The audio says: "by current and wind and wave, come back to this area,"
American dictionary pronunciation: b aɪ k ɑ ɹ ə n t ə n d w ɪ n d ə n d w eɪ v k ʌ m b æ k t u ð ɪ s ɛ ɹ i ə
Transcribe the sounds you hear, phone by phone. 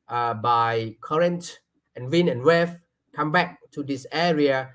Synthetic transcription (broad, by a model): b aɪ k ɑ ɹ ə n t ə n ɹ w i n ə n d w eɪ f k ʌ m b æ k t u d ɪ s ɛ ɹ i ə